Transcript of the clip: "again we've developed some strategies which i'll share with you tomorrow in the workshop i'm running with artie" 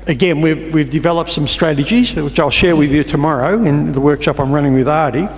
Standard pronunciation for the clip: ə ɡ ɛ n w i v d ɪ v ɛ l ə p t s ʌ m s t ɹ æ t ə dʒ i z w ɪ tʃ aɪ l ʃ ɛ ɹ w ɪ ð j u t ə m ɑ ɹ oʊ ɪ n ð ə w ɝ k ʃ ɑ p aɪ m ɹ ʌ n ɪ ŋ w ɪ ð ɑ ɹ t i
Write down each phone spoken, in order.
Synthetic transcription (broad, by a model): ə ɡ ɛ n w i v d ɪ v ɛ l ə p t s ʌ m s t ɹ æ t ə dʒ i z w ɪ tʃ aɪ l ʃ ɛ ɹ w ɪ ð j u t ə m ɑ ɹ oʊ ɪ n ð ə w ɝ k ʃ ɑ p aɪ m ɹ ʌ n ɪ ŋ w ɪ ð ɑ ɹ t i